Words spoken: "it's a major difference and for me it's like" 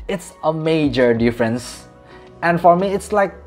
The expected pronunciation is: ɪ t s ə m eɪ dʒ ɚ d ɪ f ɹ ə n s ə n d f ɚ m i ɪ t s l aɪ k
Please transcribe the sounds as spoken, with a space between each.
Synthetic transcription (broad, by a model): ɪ t s ə m eɪ dʒ ɚ d ɪ f ɹ ə n s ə n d f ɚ m i ɪ t s l aɪ k